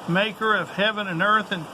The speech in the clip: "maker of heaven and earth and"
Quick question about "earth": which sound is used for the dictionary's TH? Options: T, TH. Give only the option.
TH